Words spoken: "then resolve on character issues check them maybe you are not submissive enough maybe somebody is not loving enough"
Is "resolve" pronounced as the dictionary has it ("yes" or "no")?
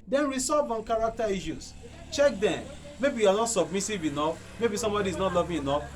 no